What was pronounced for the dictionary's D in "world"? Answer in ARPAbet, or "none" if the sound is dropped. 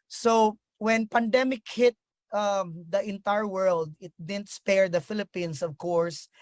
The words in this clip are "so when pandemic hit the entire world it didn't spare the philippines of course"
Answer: D